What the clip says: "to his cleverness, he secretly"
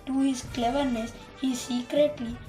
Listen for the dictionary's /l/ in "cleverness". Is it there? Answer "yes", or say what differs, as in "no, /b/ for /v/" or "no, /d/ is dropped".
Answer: yes